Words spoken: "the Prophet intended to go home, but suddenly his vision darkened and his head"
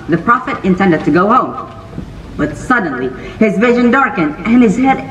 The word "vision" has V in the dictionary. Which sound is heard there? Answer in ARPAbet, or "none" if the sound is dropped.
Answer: V